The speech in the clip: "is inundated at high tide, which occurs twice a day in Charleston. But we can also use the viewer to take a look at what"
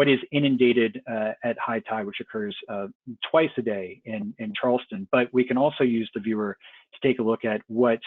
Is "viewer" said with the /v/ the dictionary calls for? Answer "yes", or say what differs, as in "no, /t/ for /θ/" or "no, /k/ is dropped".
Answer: yes